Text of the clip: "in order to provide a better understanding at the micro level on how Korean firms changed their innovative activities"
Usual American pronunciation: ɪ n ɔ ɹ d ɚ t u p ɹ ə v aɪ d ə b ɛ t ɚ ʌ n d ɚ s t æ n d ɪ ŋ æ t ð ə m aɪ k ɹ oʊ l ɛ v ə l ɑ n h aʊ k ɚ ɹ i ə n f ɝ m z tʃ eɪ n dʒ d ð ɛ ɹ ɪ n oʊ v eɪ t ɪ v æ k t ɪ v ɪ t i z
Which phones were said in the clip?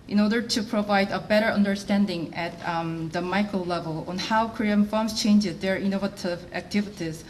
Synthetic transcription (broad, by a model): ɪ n ɔ ɹ d ɚ t u p ɹ ə v aɪ d ə b ɛ t ɚ ʌ n d ɚ s t æ n d ɪ ŋ æ t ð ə m aɪ k ɹ oʊ l ɛ v ə l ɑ n h aʊ k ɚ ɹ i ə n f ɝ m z tʃ eɪ n dʒ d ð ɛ ɹ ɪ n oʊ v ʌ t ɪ v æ k t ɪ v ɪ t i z